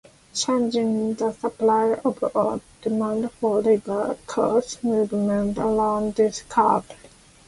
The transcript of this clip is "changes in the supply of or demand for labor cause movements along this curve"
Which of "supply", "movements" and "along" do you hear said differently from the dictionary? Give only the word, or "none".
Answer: movements